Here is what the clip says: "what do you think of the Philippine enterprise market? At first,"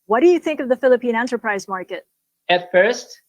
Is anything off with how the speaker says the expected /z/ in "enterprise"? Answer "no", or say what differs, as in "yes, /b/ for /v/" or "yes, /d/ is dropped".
no